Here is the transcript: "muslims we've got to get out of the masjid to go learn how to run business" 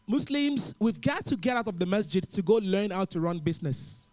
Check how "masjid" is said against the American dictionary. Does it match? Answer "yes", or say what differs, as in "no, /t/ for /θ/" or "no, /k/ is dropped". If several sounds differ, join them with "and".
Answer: yes